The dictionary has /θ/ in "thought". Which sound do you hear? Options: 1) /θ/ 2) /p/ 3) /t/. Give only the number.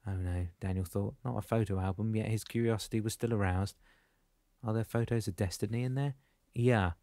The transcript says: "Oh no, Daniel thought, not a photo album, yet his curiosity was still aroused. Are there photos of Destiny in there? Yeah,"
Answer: 1